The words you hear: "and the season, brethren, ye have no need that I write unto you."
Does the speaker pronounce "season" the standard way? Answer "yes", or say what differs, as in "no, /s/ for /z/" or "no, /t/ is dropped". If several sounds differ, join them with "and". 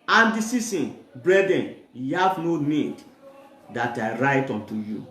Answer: no, /s/ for /z/